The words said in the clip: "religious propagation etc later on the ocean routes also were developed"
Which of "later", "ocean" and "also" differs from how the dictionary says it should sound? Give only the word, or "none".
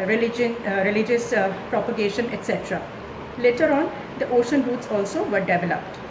none